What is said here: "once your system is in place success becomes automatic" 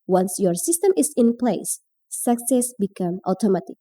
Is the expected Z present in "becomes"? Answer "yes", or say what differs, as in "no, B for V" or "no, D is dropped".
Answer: no, Z is dropped